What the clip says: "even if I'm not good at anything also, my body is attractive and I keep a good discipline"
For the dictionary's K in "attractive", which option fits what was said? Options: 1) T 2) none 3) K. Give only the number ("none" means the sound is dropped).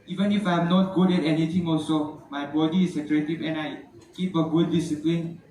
2